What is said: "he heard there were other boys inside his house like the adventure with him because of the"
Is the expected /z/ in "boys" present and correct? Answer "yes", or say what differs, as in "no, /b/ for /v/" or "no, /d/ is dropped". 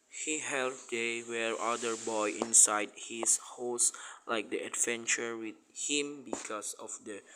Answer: no, /z/ is dropped